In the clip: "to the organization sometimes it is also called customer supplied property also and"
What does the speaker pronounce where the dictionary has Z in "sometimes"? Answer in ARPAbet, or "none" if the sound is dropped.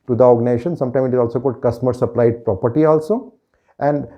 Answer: none